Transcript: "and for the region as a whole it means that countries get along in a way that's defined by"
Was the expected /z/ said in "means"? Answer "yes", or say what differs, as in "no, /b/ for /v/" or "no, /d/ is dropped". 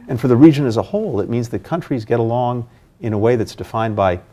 yes